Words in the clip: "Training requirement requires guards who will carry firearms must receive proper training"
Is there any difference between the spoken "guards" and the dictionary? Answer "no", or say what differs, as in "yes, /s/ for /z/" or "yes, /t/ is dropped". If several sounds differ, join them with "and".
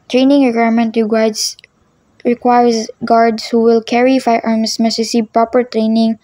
yes, /s/ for /z/